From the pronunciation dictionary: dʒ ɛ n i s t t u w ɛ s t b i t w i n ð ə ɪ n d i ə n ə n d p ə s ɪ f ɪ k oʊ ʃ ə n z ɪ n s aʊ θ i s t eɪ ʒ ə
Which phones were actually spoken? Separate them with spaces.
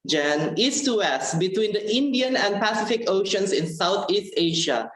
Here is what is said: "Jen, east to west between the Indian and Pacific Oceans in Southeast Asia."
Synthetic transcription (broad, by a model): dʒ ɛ n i s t t u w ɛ s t b i t w i n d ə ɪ n d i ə n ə n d p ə s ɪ f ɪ k oʊ ʃ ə n s ɪ n s aʊ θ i s t eɪ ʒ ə